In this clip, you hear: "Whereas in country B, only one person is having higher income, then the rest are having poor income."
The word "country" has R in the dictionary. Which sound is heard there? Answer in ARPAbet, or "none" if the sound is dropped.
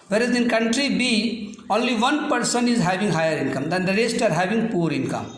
R